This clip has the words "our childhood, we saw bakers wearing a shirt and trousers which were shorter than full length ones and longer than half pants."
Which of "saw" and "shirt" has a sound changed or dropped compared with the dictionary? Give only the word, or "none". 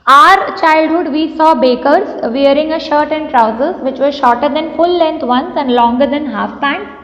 none